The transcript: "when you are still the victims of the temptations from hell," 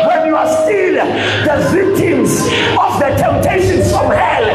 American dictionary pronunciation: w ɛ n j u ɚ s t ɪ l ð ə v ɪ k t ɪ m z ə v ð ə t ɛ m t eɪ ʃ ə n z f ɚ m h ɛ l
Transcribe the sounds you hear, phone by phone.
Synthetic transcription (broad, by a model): w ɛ n j u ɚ s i n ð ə v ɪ k t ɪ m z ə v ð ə t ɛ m t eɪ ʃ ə n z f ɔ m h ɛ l